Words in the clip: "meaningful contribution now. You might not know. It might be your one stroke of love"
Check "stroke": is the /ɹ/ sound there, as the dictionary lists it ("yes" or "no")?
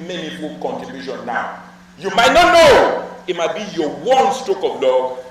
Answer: no